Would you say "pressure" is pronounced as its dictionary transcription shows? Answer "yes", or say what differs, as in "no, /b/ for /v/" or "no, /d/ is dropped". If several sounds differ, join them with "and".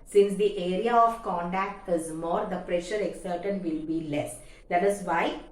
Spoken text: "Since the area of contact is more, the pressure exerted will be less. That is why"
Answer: yes